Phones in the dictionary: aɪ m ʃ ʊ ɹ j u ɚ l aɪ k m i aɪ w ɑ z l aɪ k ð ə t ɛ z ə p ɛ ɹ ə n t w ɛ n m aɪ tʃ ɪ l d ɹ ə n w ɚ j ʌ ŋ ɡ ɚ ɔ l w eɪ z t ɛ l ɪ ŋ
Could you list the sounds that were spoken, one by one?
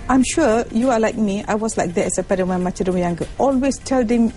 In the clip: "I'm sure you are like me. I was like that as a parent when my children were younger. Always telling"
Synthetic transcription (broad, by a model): aɪ m ʃ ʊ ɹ j u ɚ l aɪ k m i aɪ w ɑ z l aɪ k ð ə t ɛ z ə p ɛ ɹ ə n w ɛ n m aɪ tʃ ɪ d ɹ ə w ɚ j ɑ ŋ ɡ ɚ ɔ l w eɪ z t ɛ l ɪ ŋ